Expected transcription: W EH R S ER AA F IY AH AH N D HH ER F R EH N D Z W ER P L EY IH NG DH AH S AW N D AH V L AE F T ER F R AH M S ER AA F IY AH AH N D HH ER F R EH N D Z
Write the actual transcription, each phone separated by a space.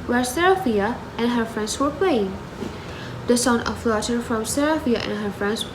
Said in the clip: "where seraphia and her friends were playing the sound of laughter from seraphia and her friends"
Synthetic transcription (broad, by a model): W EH R S ER AA F IY AH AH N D HH ER F R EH N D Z W ER P L EY IH NG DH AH S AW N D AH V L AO T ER F R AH M S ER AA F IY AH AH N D HH ER F R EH N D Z